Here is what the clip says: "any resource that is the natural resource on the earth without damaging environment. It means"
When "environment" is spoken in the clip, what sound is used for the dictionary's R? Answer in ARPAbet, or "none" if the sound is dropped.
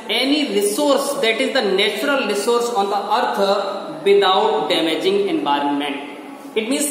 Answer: R